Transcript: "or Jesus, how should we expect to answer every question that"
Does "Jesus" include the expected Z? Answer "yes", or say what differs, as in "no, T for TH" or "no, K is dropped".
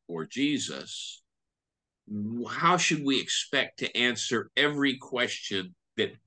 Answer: yes